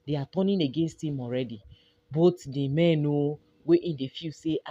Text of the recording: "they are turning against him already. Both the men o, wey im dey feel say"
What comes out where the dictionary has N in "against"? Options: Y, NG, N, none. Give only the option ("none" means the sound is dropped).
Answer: N